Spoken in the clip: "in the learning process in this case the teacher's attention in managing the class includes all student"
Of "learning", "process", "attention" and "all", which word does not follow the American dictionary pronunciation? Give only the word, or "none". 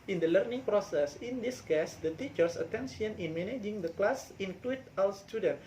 attention